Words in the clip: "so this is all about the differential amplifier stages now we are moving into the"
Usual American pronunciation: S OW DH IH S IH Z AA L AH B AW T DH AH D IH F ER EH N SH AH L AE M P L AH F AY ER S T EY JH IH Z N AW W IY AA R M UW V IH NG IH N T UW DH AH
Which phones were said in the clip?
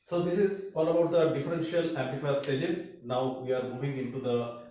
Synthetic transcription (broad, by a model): S OW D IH S IH Z AA L AH B AW T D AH D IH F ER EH N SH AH L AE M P AH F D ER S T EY JH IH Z N AW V IY AA R M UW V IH NG IH N T UW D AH